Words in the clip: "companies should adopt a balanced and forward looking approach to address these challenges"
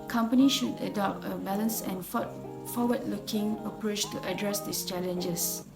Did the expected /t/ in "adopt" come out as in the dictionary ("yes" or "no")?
yes